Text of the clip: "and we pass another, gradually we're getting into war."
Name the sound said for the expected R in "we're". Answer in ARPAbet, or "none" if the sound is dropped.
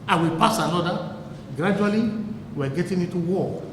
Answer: W